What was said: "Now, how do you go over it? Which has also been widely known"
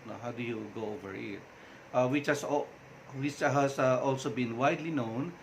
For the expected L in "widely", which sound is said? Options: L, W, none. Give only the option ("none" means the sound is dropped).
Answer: L